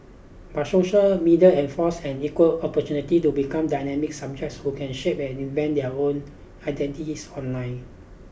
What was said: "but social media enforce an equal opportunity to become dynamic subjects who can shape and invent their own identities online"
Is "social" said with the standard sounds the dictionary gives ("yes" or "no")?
yes